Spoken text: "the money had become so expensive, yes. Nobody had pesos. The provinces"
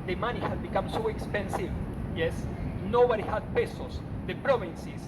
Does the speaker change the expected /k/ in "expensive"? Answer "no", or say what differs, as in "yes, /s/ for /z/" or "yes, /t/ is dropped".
no